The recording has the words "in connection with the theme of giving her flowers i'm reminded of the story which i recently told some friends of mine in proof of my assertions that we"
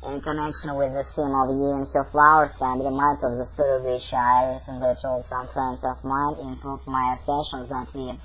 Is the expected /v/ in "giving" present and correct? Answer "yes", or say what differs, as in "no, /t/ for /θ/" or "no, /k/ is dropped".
no, /v/ is dropped